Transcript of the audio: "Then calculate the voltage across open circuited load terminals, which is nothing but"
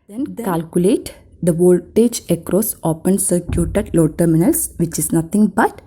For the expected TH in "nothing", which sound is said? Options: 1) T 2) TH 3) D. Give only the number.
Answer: 1